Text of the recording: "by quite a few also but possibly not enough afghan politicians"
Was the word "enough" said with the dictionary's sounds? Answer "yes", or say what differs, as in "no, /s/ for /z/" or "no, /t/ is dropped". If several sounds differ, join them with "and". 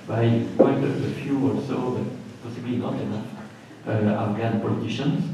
no, /f/ is dropped